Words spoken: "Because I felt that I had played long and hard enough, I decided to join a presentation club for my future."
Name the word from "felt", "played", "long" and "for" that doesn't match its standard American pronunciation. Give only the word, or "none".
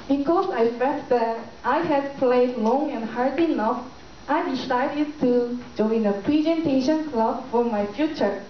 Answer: felt